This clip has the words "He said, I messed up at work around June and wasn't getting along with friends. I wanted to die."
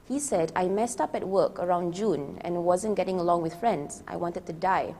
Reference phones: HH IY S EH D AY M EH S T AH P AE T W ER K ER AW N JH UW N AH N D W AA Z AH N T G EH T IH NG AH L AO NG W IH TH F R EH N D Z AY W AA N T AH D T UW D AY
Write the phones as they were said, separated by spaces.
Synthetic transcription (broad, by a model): HH IY S EH D AY M EH S T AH P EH T W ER K ER AW N JH UW N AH N W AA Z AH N G EH T IH NG AH L AO NG W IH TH F R EH N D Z AY W AA N T AH D T UW D AY